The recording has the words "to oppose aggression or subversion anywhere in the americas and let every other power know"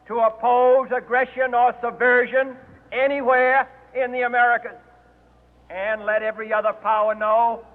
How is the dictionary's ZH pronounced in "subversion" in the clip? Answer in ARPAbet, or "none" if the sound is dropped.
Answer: ZH